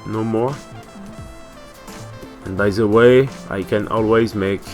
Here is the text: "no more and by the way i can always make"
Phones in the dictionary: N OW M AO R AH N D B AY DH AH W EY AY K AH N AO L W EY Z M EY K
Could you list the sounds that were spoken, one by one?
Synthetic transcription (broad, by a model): N OW M AO R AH N B AY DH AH W EY AY K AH N AO L W EY Z M EY K